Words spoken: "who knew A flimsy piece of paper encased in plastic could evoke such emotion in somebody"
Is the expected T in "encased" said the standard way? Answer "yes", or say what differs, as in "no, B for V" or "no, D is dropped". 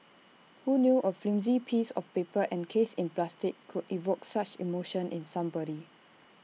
no, T is dropped